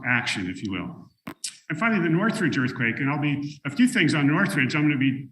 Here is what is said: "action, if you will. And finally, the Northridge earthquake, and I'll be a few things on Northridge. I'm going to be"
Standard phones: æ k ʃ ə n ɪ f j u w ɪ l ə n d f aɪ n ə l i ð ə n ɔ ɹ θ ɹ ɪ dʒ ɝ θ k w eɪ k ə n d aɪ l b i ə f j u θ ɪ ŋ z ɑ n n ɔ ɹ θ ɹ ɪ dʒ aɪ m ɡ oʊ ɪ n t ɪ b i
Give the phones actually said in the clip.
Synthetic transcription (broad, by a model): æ k ʃ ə n ɪ f j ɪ w ɪ l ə n f aɪ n l i ð ə n ɔ ɹ θ ɹ ɪ dʒ ɝ θ k w eɪ k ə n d aɪ l b i ə f j u θ ɪ ŋ z n n ɔ ɹ θ ɹ ɪ dʒ aɪ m ɡ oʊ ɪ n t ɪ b i